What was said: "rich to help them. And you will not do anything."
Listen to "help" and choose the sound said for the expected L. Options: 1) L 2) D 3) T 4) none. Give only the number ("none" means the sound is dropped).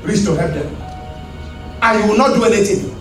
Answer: 4